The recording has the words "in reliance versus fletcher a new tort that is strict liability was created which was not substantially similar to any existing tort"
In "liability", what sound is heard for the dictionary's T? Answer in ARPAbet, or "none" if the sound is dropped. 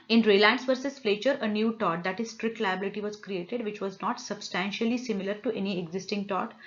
T